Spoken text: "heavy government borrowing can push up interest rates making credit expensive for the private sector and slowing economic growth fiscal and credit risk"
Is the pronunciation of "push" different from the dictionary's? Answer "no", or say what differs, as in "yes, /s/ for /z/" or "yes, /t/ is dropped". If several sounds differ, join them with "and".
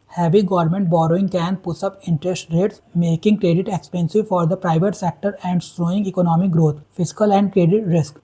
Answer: yes, /s/ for /ʃ/